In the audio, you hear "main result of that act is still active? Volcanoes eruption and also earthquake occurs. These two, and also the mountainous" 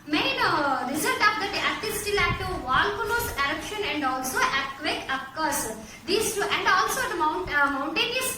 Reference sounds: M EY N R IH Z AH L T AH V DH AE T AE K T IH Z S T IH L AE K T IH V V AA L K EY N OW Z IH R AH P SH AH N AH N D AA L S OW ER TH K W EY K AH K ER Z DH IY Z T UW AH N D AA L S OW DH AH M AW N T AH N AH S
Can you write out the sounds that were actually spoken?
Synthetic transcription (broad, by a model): M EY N R IH Z AH L T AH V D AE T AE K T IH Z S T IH L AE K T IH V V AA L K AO L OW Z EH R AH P SH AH N AH N D AA L S OW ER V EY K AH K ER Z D IY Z T UW AH N D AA L S OW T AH M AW N T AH N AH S